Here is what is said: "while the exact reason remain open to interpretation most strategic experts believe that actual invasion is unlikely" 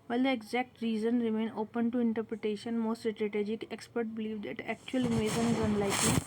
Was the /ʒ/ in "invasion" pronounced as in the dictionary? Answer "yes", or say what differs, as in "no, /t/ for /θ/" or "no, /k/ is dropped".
no, /z/ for /ʒ/